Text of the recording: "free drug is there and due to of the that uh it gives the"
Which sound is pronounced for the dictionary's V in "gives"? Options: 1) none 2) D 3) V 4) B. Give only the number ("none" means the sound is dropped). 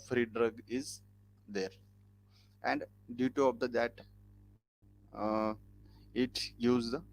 1